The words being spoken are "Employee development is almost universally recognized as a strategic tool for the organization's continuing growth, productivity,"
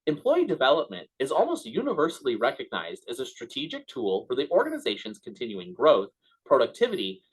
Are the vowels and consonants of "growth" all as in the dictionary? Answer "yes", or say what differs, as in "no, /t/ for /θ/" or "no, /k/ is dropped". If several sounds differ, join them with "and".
yes